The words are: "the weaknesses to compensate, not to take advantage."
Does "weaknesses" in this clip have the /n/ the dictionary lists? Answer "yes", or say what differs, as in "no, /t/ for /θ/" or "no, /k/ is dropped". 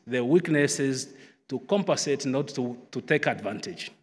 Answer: yes